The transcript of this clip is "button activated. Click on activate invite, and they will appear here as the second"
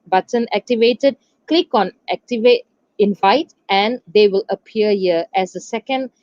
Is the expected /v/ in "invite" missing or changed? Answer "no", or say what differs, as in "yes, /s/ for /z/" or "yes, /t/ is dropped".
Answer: no